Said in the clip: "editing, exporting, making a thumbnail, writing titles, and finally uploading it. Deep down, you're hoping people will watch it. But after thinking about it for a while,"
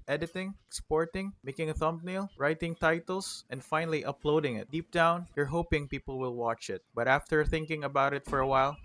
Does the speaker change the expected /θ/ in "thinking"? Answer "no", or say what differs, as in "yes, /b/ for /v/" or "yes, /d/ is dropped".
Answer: no